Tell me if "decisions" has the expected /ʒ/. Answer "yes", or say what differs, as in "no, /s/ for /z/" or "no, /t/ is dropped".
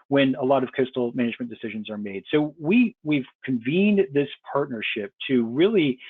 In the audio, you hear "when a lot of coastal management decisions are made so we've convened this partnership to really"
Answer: yes